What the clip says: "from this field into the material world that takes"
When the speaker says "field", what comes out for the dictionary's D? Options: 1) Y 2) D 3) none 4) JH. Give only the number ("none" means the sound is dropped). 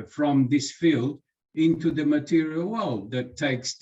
2